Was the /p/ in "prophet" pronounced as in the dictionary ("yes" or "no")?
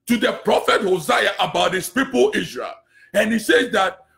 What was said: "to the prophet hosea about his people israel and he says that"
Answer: yes